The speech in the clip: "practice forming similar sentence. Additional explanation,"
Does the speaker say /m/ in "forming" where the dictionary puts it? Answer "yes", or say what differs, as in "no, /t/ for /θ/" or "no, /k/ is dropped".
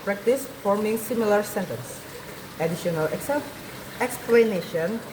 yes